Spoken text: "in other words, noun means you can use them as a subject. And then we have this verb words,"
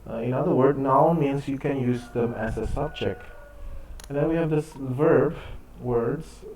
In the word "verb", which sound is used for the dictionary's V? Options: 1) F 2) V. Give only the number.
2